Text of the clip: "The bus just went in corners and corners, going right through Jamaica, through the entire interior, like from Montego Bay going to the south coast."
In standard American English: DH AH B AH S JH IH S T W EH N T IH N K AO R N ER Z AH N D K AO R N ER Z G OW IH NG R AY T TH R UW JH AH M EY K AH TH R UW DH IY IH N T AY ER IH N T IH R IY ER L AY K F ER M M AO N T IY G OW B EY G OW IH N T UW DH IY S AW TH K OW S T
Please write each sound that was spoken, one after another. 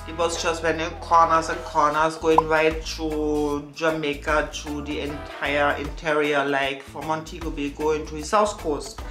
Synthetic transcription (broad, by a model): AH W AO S JH IH S T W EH N IH K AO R N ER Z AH K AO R N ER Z G OW IH NG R AY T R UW JH AH M EY K AH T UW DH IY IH N T AY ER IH N T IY R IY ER L AY K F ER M M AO N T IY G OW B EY G OW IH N T UW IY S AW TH K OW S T